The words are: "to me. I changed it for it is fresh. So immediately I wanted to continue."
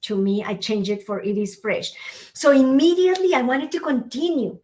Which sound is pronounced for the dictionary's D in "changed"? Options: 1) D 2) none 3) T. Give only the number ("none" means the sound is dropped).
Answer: 2